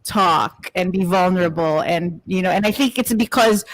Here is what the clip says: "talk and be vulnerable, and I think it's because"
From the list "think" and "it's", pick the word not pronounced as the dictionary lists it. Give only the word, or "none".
none